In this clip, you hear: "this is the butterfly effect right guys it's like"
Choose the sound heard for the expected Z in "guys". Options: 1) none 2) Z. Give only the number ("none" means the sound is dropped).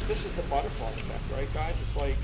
2